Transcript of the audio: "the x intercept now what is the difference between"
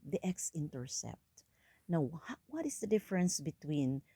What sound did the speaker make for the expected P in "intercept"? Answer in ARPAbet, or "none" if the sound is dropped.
P